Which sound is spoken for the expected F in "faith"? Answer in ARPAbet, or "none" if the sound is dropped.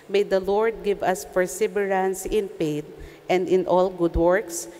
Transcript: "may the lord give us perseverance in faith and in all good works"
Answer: P